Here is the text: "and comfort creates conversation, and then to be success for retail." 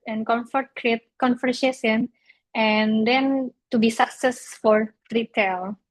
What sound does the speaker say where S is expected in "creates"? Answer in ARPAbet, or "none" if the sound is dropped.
none